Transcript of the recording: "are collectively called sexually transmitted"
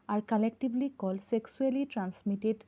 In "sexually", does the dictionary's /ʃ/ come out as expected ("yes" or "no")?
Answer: no